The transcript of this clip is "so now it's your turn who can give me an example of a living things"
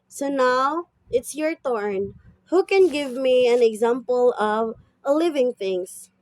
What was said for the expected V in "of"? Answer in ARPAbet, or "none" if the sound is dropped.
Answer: V